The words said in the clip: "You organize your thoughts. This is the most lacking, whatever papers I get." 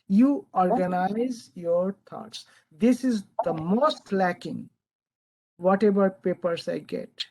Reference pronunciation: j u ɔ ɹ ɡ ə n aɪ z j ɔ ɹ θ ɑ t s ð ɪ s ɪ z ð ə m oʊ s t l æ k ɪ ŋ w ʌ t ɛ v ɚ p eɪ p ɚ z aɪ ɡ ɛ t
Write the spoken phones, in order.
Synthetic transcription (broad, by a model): j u ɔ ɹ ɡ ə n aɪ z j ɔ ɹ t ɑ t s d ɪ s ɪ z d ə m oʊ s t l æ k ɪ ŋ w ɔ t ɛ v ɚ p eɪ p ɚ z aɪ ɡ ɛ t